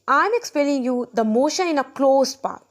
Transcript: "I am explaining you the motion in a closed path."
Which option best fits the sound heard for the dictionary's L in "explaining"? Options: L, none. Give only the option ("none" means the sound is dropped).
none